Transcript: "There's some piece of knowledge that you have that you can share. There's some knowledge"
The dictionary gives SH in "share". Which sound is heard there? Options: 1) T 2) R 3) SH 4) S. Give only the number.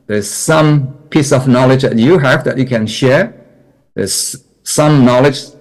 3